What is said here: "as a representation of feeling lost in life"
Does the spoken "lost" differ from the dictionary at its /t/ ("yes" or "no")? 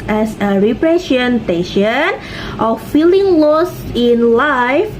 yes